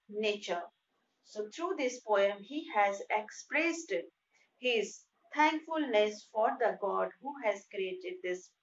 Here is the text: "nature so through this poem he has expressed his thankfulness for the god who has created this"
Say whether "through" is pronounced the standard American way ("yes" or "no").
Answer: no